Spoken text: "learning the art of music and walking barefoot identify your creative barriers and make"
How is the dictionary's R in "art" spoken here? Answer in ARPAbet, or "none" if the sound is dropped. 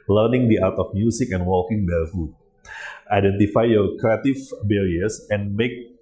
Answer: W